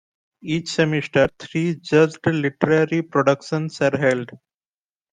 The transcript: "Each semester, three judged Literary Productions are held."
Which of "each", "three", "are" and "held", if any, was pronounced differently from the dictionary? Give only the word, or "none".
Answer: three